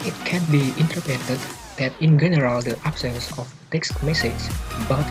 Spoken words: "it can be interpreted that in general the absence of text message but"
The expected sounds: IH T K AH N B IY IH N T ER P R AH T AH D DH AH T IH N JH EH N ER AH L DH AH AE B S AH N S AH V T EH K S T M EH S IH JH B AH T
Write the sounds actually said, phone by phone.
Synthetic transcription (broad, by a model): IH T K AH N B IY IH N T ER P AH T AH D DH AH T IH N JH EH N ER AH L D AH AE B S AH N S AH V T EH K S T M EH S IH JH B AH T